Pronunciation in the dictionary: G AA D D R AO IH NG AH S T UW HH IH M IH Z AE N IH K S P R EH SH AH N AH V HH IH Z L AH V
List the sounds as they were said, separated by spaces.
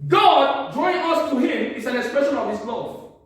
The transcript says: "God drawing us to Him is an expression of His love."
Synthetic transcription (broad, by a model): G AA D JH AO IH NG AH S T UW HH IH M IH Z AE N IH K S P R EH SH AH N AH V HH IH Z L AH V